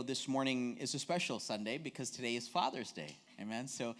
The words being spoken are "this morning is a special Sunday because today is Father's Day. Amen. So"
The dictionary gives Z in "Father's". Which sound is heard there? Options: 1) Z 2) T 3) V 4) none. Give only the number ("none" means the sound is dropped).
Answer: 1